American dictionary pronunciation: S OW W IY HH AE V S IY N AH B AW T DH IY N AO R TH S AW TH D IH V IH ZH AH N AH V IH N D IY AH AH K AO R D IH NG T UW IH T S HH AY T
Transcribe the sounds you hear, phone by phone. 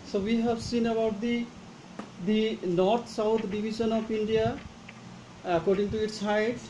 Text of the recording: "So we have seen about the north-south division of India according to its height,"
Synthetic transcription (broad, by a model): S OW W IY HH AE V S IY N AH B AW T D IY N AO R T S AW T D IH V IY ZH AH N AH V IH N D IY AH AH K AO R D IH NG T UW IH T S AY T